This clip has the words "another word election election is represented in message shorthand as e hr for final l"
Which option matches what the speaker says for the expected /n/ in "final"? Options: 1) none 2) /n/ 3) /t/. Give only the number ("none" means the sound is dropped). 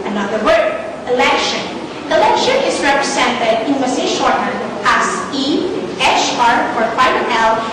1